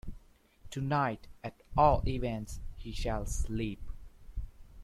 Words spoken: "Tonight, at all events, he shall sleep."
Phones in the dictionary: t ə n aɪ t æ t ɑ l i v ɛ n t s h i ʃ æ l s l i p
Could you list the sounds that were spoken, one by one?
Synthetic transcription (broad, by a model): t ə n aɪ t æ t ɑ l i v ɛ n t s h i ʃ æ l s l i p